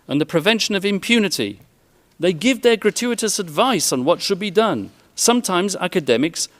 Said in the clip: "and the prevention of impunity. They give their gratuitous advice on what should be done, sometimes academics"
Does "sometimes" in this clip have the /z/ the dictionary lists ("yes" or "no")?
yes